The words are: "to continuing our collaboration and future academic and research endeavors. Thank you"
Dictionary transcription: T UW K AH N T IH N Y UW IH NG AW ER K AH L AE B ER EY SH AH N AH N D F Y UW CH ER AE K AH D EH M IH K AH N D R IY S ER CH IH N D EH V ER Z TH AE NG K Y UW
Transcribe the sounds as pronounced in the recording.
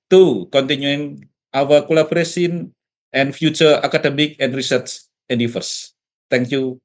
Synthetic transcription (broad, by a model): T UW K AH N T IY N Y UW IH NG AW ER K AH L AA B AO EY S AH N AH N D F Y UW CH ER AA K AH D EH M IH K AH N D R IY S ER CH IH N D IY F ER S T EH NG K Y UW